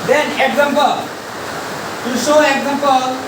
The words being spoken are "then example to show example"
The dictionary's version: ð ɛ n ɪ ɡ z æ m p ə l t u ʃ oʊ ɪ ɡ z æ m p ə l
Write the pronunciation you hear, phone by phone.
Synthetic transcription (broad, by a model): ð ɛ n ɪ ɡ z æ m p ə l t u s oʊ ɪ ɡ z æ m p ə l